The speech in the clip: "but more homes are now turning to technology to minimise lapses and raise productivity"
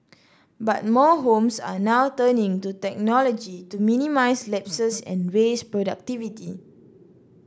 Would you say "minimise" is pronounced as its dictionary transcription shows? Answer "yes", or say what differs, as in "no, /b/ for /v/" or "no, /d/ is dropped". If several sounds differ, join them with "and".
no, /s/ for /z/